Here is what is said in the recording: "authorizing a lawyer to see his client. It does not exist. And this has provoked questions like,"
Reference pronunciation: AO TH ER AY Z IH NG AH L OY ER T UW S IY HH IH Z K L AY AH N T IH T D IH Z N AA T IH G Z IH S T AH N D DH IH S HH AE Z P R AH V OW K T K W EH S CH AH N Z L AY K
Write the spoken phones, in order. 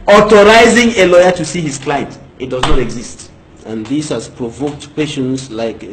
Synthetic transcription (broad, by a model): AO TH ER AY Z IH NG AH L OY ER T UW S IY HH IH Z K L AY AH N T IH T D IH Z N AA T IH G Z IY S T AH N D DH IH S HH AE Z P R AH V OW K T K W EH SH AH N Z L AY K